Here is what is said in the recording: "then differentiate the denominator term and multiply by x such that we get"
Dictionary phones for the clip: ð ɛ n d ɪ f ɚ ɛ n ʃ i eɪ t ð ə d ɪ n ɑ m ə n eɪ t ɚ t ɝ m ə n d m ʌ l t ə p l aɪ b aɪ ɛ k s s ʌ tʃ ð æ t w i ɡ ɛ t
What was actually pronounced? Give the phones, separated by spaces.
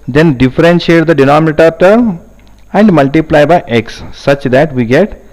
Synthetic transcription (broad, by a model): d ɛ n d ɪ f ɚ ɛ n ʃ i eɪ t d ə d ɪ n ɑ m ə t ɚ t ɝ ə n d m ʌ l t ə p l aɪ b aɪ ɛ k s s ʌ tʃ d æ t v i ɡ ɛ t